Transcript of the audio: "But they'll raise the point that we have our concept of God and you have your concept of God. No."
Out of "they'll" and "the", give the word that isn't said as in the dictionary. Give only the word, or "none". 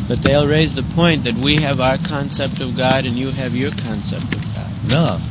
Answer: none